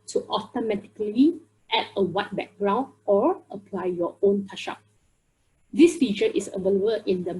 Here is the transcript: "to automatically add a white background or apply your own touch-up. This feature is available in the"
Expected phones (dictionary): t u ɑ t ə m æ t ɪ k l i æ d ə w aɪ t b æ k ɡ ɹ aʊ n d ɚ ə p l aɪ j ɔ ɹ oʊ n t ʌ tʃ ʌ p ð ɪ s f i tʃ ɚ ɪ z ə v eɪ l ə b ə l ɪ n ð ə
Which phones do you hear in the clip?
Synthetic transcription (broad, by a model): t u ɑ t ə m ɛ t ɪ k l i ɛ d ə w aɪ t b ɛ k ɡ ɹ aʊ n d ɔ ə p l aɪ j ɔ oʊ n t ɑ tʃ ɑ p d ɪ s f i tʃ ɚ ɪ s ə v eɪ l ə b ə ɪ n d ə